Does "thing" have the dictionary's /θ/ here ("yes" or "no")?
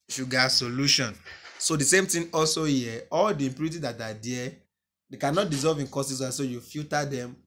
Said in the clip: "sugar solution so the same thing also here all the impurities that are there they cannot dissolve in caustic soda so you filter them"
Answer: no